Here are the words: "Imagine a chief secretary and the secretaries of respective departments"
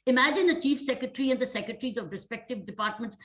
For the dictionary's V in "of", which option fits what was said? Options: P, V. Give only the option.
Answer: V